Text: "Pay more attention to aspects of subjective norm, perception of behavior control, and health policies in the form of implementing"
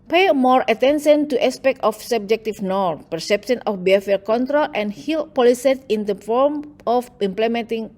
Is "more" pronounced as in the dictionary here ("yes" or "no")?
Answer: yes